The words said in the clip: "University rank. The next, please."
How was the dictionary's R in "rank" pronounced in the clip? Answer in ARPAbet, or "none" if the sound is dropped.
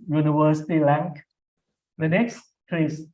L